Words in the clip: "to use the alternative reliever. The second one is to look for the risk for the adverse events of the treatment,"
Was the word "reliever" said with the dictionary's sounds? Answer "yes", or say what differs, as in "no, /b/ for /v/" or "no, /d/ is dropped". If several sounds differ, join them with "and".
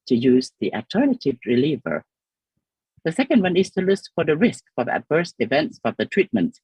yes